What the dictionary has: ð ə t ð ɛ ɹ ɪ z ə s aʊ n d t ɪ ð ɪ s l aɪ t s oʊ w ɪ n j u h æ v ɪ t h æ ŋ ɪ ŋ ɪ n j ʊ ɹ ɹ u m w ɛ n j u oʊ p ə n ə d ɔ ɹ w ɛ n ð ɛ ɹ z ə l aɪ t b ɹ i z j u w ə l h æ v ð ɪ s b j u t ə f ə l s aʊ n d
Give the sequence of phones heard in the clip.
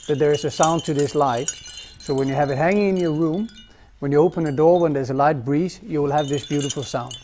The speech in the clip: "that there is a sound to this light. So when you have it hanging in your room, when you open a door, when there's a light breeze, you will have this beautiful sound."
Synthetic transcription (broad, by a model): ð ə t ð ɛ ɹ ɪ z ə s aʊ n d t ɪ ð ɪ s l aɪ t s oʊ w ɪ n j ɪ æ v ɪ t h æ ŋ ɪ ŋ ɪ n j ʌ ɹ ɹ u m w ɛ n j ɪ oʊ p ə n ə d ɔ ɹ w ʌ n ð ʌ ɹ z ə l aɪ t b ɹ i z j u w ə l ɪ v ð ɪ s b j u t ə f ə l s aʊ n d